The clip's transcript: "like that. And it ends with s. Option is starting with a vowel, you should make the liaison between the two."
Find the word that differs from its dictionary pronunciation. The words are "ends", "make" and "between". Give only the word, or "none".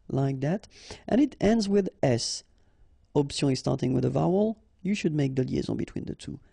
none